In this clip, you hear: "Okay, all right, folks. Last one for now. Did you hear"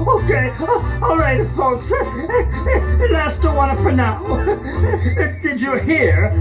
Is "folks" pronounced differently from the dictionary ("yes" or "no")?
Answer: no